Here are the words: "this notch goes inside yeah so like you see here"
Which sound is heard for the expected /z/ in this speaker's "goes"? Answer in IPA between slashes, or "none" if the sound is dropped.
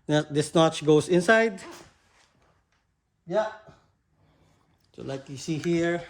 /s/